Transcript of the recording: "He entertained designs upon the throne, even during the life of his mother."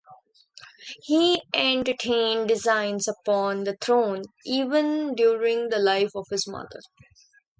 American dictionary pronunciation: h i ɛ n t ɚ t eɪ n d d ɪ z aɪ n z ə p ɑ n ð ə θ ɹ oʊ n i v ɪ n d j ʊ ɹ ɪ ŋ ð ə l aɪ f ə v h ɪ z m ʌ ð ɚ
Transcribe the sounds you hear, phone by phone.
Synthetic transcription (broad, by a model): h i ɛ n t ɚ t eɪ n d d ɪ z aɪ n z ə p ɑ n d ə t ɹ oʊ n i v ɪ n d j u ɹ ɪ ŋ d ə l aɪ f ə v h ɪ z m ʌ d ɚ